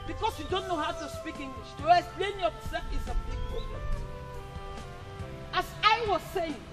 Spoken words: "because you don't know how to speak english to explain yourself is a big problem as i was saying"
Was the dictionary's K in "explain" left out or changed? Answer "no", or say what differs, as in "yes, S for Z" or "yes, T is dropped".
yes, K is dropped